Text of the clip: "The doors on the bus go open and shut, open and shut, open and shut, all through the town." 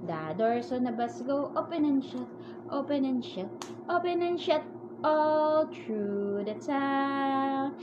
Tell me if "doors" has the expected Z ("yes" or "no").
no